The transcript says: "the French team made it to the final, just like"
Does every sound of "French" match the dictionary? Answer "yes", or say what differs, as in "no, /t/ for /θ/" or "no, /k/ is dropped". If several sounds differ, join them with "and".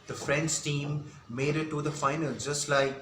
no, /s/ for /tʃ/